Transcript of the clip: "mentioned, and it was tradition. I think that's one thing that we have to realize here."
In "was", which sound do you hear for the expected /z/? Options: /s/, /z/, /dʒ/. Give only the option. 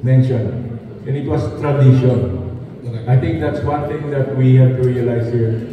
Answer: /s/